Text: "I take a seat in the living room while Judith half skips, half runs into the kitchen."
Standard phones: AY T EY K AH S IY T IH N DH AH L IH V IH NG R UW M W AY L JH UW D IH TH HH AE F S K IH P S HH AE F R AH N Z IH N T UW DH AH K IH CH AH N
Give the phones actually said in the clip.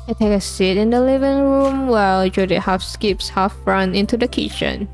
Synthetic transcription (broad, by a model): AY T EY K AH S IY T IH N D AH L IH V IH NG R UW M W AY L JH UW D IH T HH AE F S K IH P S HH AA F R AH N IH N T UW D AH K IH CH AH N